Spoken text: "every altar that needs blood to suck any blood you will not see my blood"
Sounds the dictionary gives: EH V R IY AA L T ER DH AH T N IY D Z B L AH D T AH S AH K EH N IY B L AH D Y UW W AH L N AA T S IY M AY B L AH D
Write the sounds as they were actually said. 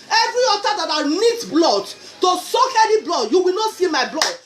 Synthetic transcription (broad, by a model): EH V R IY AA T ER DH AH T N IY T B L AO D T AH S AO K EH L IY B L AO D Y UW W AH L N AA T S IY M AY B L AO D